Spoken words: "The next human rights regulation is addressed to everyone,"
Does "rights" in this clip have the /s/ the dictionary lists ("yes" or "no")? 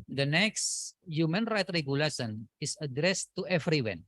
no